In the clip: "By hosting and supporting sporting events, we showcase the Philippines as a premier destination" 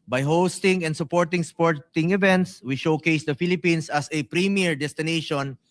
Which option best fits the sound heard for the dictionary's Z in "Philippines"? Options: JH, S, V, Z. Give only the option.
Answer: S